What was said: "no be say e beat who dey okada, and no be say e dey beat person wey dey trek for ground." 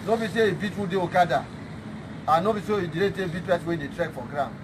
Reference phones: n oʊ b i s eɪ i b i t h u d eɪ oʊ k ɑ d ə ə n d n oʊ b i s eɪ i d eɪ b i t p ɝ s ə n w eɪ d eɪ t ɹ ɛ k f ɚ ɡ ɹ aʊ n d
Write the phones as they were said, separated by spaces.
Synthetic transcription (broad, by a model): n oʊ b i s eɪ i b i t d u d eɪ oʊ k ɑ d ə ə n n oʊ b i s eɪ i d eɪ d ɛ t b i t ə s w eɪ d eɪ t ɹ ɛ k f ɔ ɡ ɹ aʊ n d